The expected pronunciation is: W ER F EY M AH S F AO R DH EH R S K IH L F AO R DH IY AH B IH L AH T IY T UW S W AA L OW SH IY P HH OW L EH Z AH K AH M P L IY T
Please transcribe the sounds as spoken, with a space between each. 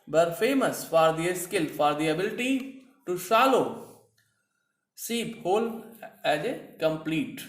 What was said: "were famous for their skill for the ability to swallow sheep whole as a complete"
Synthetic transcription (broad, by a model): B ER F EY M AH S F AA R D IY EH S K IH L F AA R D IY AH B IH L AH T IY T UW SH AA L OW S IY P HH OW L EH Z AH K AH M P L IY T